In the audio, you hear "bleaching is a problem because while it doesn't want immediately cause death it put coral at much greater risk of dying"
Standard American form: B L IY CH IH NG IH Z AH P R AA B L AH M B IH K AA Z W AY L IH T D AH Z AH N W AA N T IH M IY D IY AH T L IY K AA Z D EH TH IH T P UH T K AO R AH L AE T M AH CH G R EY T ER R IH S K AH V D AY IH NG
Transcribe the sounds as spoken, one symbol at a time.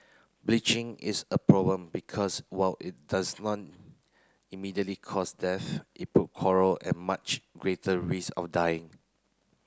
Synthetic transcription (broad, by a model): B L IY CH IH NG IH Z AH P R AA B L AH M B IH K AA S W AY L IH T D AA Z N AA T IH M IY D IY AH T L IY K AA S D EH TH IH T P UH T K AO R AH L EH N M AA CH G R EY T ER R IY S AH F D AY IH NG